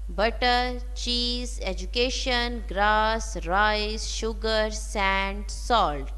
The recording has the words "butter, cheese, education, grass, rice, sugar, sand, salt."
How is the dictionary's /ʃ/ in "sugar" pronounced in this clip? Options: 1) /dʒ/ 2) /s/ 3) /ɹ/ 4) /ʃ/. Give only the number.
4